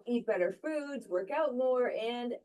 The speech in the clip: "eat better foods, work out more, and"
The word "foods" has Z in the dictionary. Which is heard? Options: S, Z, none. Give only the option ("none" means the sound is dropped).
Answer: Z